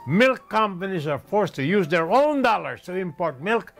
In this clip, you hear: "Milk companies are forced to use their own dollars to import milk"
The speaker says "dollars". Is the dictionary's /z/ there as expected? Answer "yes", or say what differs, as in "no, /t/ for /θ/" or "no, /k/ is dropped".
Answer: no, /s/ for /z/